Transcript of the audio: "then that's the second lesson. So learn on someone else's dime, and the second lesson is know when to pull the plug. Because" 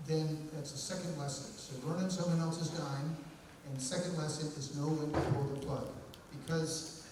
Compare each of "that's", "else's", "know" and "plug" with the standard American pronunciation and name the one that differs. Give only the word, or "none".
none